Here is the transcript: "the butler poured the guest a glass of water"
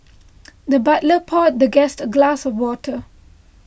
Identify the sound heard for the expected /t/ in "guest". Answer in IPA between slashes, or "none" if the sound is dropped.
/t/